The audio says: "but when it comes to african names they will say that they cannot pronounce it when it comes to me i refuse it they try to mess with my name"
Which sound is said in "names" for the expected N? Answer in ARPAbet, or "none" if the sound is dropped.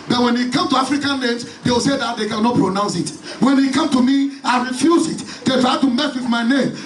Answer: L